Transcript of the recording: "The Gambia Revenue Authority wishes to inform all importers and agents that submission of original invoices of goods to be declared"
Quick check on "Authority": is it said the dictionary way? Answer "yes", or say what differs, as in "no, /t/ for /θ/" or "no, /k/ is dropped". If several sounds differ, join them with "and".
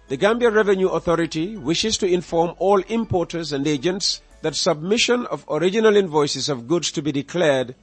yes